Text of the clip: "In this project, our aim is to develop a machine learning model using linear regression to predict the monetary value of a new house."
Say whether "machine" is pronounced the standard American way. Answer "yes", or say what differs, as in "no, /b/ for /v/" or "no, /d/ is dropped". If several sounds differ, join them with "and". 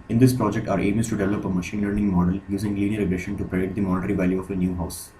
yes